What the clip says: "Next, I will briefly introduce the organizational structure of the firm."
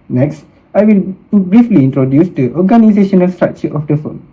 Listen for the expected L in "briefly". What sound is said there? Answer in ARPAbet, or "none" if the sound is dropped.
L